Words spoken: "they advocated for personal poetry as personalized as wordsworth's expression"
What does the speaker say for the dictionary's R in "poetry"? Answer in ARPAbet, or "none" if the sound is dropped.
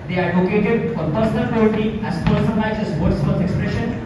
none